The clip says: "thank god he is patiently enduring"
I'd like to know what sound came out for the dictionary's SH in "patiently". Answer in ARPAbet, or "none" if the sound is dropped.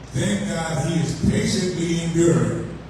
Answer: S